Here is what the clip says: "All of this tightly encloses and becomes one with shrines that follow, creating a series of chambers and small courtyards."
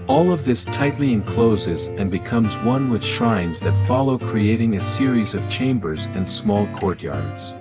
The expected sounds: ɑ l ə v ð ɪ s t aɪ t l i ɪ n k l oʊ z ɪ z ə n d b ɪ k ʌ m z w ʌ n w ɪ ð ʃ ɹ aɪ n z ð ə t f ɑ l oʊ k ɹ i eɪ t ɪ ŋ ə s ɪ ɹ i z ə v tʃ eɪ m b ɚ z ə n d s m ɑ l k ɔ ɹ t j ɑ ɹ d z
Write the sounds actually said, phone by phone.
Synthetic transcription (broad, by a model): ɑ l ə v ð ɪ s t aɪ t l i ɪ n k l oʊ z ɪ z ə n b ɪ k ʌ m z w ʌ n w ɪ ð ʃ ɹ aɪ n z ð ə t f ɑ l oʊ k ɹ i eɪ t ɪ ŋ ə s ɪ ɹ i z ə v tʃ eɪ m b ɚ z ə n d s m ɑ l k ɔ ɹ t j ɑ ɹ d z